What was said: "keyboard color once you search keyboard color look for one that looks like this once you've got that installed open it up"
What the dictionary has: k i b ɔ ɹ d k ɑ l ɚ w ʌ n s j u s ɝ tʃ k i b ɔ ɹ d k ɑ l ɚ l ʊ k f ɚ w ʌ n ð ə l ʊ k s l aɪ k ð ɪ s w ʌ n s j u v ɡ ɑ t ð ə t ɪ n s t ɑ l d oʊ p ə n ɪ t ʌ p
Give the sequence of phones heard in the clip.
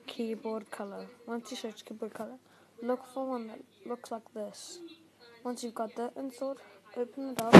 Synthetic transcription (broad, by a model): k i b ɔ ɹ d k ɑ l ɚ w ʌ n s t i ʃ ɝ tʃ k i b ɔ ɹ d k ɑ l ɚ l ʊ k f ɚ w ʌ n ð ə l ʊ k s l aɪ k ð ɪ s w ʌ n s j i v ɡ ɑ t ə t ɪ n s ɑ d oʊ p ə n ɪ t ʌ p